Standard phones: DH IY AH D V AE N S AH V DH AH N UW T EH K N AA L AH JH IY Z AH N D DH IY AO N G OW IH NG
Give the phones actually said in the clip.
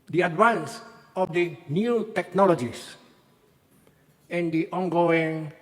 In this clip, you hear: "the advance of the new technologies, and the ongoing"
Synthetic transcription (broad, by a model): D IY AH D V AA N S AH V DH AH N UW T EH K N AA L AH JH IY S AH N D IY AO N G OW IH NG